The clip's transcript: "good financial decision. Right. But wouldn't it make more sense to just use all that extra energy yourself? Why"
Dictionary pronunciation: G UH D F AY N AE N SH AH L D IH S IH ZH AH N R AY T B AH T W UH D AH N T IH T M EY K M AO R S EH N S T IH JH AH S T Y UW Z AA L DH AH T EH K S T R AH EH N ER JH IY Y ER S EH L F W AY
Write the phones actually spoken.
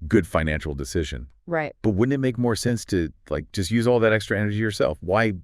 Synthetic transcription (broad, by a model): G UH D F AY N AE N SH L D IH S IH ZH AH N R AY T B AH T W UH D N IH T M EY K M AO R S EH N S T IH JH AH S T Y UW Z AA L DH AH T EH K S T R AH EH N ER JH IY Y ER S EH L F W AY